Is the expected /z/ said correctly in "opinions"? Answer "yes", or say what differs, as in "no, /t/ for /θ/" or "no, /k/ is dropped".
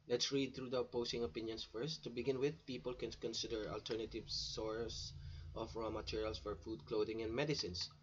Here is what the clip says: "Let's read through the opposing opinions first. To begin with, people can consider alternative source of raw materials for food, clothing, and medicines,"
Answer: no, /s/ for /z/